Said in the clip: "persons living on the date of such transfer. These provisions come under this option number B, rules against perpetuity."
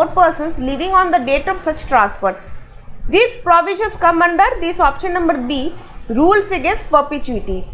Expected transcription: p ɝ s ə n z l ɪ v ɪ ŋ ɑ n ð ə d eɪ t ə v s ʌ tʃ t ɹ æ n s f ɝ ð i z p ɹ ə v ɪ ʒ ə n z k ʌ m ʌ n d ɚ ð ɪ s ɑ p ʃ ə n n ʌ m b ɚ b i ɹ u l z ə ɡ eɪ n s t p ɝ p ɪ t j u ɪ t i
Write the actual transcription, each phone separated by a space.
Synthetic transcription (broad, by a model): p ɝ s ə n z l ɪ v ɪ ŋ ɑ n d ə d eɪ t ə v s ʌ tʃ t ɹ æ n s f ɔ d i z p ɹ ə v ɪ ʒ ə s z k ʌ m ʌ n d ɚ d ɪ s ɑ p ʃ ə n n ʌ m b ɚ b i ɹ u l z ə ɡ eɪ n s t p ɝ p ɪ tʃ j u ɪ t i